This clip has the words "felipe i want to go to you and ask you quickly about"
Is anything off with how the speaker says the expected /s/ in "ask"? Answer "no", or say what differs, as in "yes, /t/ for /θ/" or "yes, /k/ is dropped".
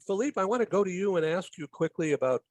no